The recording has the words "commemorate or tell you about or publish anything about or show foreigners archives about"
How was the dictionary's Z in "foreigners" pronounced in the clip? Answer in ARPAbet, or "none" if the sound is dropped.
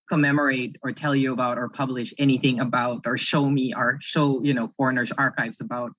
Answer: Z